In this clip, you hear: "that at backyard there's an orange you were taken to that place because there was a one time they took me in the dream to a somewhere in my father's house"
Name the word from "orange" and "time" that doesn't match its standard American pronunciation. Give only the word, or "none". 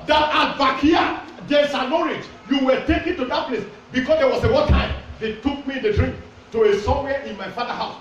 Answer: orange